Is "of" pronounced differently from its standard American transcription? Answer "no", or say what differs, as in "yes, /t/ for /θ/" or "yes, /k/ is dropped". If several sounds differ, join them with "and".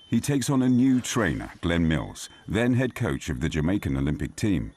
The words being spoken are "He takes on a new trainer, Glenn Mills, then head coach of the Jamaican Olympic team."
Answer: no